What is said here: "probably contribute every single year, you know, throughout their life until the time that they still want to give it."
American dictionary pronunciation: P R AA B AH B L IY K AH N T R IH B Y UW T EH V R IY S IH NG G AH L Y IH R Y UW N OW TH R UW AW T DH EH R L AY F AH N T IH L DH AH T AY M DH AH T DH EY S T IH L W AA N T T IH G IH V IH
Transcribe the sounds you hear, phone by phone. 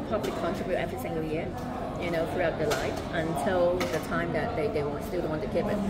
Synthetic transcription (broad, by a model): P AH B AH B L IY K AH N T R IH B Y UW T EH V R IY S IH NG G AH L Y IH R Y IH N OW TH R UW AW T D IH L AY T AH N T IH L DH AH T AY M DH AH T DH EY S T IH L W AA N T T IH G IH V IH